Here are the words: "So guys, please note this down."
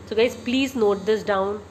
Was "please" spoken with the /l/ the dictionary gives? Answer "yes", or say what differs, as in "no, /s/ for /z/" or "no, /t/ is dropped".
yes